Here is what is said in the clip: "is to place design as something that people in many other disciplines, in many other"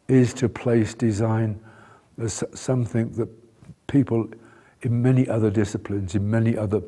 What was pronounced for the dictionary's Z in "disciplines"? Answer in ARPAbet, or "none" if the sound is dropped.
Z